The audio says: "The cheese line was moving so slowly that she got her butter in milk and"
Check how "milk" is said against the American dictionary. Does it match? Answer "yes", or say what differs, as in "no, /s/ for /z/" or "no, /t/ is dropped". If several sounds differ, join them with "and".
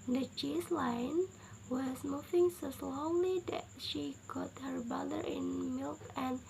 yes